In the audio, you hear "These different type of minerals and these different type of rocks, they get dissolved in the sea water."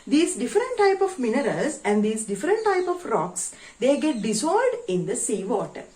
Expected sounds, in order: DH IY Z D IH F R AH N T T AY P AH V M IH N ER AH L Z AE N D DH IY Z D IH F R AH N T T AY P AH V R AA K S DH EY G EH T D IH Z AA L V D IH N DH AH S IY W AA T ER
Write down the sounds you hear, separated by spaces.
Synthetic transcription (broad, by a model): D IY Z D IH F R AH N T T AY P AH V M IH N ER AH L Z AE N D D IY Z D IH F R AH N T T AY P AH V R AA K S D EY G EH T D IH S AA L D IH N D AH S IY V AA T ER